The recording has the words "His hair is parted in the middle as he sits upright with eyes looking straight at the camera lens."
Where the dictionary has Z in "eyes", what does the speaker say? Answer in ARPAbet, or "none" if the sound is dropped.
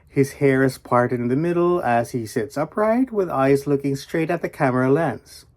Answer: Z